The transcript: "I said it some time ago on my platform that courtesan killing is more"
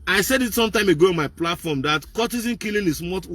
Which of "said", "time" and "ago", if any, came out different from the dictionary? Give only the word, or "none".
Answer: none